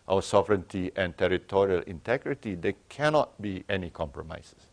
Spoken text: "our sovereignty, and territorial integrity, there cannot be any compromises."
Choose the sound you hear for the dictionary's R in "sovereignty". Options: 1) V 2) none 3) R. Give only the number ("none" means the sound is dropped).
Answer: 3